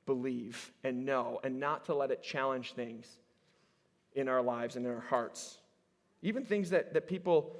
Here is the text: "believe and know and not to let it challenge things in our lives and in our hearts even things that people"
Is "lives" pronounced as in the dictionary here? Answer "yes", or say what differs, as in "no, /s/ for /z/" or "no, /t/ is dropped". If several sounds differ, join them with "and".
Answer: yes